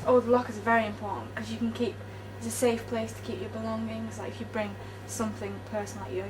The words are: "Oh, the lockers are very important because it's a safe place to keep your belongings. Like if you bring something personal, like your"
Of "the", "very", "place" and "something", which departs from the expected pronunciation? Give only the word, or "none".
none